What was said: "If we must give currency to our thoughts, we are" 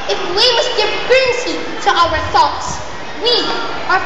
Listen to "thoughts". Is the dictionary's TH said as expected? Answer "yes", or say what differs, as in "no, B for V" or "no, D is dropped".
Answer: yes